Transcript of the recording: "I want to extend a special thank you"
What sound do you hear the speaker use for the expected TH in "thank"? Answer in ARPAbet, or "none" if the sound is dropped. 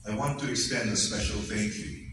F